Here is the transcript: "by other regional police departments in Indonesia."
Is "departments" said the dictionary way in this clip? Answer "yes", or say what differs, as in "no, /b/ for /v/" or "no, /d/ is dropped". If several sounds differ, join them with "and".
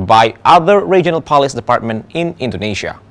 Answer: no, /s/ is dropped